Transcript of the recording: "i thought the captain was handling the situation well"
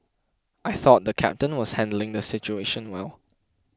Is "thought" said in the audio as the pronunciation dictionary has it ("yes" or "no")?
yes